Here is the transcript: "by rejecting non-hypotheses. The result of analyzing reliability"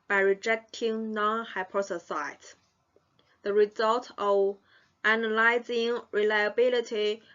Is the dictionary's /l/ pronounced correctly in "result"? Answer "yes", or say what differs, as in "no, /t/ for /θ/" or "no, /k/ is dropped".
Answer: yes